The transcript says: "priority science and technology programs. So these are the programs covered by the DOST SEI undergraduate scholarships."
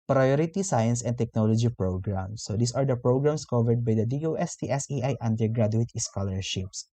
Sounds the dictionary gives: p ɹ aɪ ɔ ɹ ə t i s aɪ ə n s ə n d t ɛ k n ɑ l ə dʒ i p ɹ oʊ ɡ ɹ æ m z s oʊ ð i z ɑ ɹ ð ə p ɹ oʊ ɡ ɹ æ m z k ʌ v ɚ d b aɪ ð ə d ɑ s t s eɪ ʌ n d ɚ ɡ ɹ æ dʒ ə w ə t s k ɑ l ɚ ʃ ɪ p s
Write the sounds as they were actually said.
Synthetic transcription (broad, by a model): p ɹ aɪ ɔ ɹ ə t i s aɪ ə n s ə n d t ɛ k n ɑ l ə dʒ i p ɹ oʊ ɡ ɹ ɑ m s oʊ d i s ɑ ɹ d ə p ɹ oʊ ɡ ɹ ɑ m s k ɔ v ɚ d b aɪ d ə d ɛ s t s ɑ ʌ n d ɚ ɡ ɹ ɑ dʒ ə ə t s k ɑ l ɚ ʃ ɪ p s